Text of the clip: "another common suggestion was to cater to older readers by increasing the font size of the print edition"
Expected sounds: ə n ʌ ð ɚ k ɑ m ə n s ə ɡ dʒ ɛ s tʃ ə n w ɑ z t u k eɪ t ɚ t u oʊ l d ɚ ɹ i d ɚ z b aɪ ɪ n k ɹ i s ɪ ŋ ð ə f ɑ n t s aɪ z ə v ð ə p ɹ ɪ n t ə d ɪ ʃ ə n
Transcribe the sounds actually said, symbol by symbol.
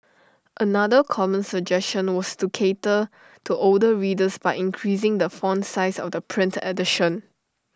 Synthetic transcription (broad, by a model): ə n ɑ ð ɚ k ɑ m ə n s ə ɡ dʒ ɛ s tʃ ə n w ɑ s t u k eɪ t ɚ t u oʊ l d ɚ ɹ i d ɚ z b aɪ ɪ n k ɹ i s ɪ ŋ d ə f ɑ n s aɪ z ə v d ə p ɹ ɪ n t ə d ɪ ʃ ə n